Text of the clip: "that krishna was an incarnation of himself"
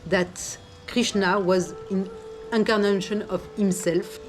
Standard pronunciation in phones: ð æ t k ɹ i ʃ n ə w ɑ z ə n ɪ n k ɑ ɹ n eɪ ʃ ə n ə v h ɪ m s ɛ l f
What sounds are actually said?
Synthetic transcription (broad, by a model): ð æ t k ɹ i ʃ n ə w ɑ z ə n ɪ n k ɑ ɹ n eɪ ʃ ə n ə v h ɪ m s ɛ l f